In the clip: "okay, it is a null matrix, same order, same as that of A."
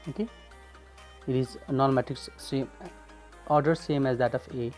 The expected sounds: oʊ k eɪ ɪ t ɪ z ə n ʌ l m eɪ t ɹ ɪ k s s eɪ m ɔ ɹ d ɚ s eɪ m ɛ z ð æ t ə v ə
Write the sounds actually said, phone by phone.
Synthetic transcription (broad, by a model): oʊ k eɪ ɪ t ɪ z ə n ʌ n m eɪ t ɪ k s s eɪ m ɔ ɹ d ɚ s eɪ m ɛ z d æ t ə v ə